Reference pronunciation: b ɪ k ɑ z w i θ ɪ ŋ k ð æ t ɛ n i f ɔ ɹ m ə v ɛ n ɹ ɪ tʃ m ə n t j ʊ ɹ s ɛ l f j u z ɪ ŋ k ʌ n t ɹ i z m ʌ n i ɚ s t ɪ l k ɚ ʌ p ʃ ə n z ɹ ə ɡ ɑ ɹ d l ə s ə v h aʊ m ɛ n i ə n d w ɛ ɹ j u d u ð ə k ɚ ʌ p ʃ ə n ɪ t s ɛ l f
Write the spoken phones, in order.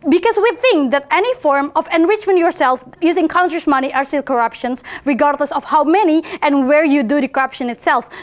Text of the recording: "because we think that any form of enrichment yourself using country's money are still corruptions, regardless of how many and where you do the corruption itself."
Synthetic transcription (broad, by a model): b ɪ k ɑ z w i θ ɪ ŋ k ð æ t ɛ n i f ɔ ɹ m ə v ɛ n ɹ ɪ tʃ m ə n t j ʊ ɹ s ɛ l f j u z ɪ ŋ k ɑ n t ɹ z m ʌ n i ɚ s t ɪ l k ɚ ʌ p ʃ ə n s ɹ ə ɡ ɑ ɹ d l ə s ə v h aʊ m ɛ n i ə n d w ɛ ɹ j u d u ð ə k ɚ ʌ p ʃ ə n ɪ t s ɛ l f